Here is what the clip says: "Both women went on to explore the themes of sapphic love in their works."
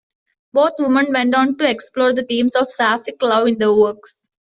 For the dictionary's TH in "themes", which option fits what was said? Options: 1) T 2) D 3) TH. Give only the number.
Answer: 1